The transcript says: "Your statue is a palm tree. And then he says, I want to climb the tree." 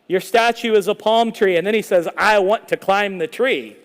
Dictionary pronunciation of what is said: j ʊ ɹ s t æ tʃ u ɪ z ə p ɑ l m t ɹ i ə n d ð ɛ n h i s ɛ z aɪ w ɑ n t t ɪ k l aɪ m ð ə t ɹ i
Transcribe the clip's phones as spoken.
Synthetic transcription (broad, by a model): j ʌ ɹ s t æ tʃ u ɪ z ə p ɑ l m t ɹ i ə n ð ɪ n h i s ɛ z aɪ w ɑ n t t ɪ k l aɪ m ð ə t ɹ i